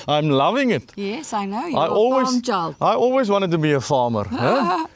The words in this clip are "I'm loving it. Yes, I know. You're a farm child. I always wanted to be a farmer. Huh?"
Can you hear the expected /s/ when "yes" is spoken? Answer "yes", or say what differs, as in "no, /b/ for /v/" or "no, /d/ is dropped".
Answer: yes